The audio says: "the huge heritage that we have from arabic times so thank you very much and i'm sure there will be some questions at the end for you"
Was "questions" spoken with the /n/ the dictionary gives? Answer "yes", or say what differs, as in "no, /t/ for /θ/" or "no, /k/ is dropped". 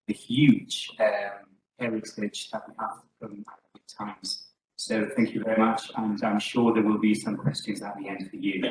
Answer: yes